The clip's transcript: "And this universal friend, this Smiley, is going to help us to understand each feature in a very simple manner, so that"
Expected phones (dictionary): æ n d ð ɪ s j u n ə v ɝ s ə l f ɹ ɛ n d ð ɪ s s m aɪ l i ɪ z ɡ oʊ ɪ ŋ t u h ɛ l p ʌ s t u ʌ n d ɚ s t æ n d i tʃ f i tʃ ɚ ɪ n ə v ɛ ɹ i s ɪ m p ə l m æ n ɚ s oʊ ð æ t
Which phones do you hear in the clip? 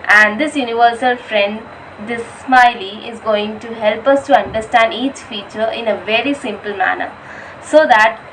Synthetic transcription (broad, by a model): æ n d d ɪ s j u n ə v ɝ s ə l f ɹ ɛ n d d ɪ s s m aɪ l i ɪ z ɡ oʊ ɪ ŋ t u h ɛ l p ʌ s t u ʌ n d ɚ s t æ n d i tʃ f i tʃ ɚ ɪ n ə v ɛ ɹ i s ɪ m p ə l m æ n ɚ s oʊ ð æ t